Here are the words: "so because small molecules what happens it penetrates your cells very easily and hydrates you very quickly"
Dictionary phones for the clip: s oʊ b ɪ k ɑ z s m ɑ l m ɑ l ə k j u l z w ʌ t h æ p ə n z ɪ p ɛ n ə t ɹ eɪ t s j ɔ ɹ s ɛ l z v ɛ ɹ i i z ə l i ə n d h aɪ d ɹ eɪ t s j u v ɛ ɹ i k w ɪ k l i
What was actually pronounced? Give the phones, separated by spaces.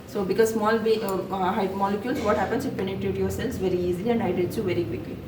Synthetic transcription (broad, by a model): s oʊ b ɪ k ɑ z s m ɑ l m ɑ l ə k j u l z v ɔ t h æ p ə n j ɪ p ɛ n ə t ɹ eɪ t j ɔ ɹ s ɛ l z v ɛ ɹ i i z ə l i ə n d aɪ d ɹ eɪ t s j u v ɛ ɹ i k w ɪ k l i